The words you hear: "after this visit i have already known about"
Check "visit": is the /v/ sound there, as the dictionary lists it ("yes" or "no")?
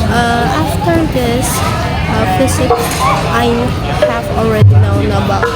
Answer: no